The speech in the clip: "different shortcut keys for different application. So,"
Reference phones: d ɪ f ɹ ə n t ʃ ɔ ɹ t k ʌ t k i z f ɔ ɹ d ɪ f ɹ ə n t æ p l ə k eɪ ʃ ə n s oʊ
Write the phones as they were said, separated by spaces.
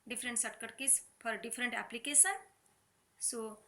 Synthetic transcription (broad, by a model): d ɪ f ɹ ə n t s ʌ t k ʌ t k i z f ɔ ɹ d ɪ f ɹ ə n t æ p l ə k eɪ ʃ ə n s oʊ